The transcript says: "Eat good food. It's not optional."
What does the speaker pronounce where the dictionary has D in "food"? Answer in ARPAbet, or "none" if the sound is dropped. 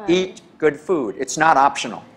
D